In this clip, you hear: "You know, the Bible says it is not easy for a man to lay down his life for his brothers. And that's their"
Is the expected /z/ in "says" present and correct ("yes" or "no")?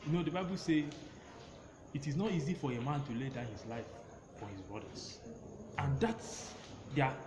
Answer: no